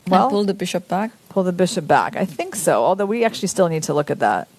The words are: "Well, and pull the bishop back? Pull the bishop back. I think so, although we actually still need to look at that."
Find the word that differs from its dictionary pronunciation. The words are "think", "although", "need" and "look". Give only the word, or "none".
none